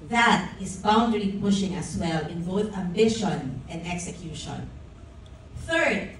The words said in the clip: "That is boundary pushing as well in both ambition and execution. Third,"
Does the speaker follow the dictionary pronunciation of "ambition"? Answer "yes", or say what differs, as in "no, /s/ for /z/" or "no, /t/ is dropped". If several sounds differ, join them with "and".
yes